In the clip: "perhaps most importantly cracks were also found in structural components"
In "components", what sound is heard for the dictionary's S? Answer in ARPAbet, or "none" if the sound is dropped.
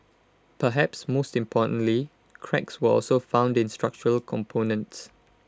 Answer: S